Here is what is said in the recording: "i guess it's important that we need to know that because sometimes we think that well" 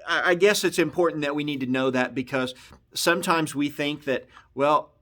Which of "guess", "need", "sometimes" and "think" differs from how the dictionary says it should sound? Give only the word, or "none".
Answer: none